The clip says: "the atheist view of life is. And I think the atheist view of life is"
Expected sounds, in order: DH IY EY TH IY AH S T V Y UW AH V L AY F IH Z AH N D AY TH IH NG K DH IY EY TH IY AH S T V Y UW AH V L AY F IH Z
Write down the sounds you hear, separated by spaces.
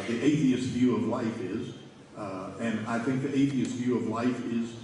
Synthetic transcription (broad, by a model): DH IY EY TH IY AH S T V Y UW AH V L AY F IH Z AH N AY TH IH NG K DH IY EY TH IY AH S T V Y UW AH V L AY F IH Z